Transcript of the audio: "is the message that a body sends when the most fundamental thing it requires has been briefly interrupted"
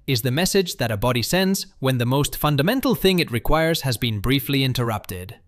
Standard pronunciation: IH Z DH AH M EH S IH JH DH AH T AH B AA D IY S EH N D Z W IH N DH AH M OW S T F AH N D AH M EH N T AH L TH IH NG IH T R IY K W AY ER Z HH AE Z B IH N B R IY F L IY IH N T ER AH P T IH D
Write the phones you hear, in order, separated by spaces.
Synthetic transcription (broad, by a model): IH Z DH AH M EH S IH JH DH AH T AH B AA D IY S EH N D Z W IH N DH AH M OW S T F AH N D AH M EH N T L TH IH NG IH T R IY K W AY ER Z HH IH Z B IH N B R IY F L IY IH N T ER AH P T IH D